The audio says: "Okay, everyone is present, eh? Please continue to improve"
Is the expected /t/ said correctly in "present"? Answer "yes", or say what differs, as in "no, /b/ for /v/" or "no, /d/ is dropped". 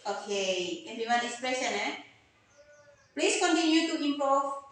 no, /t/ is dropped